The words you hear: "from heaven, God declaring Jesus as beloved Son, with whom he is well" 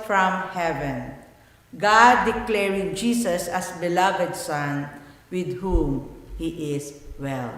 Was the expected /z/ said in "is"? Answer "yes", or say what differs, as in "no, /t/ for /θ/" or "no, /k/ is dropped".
no, /s/ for /z/